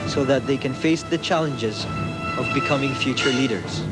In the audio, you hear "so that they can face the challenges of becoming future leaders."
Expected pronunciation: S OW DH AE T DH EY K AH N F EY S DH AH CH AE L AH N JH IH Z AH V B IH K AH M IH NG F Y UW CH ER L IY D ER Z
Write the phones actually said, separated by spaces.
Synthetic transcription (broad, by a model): S OW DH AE T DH EY K AH N F EY S DH AH CH AE L AH N JH IH Z AH V B IH K AH M IH NG F Y UW CH ER L IY D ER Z